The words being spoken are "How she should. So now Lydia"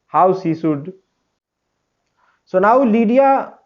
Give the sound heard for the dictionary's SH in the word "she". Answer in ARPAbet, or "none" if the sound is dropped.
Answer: S